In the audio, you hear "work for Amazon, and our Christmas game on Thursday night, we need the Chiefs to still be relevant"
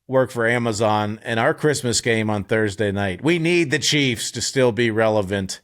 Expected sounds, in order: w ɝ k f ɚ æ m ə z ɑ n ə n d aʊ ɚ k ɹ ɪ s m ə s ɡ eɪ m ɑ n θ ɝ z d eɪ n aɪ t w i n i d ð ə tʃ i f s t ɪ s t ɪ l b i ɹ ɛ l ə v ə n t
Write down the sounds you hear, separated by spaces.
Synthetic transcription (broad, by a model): w ɝ k f ɚ æ m ə z ɑ n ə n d aʊ ɚ k ɹ ɪ s m ə s ɡ eɪ m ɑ n θ ɝ z d eɪ n aɪ t w i n i d ð ə tʃ i f s t ɪ s t ɪ l b i ɹ ɛ l ə v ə n t